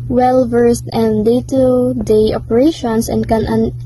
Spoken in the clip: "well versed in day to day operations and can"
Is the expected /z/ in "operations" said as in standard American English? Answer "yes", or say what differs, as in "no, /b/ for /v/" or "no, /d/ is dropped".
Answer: no, /s/ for /z/